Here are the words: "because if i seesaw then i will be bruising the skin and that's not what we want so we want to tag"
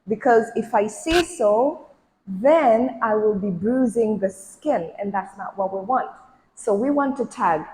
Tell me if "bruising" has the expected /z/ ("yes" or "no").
yes